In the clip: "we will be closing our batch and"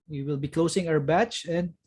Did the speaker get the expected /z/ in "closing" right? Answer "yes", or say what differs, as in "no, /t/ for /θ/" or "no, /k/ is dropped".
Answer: no, /s/ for /z/